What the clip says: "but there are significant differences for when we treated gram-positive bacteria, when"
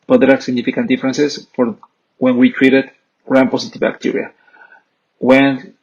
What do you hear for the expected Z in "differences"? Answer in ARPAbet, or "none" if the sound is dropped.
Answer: S